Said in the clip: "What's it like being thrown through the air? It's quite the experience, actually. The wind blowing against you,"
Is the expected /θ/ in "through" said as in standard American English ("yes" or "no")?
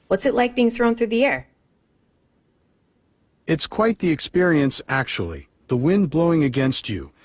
yes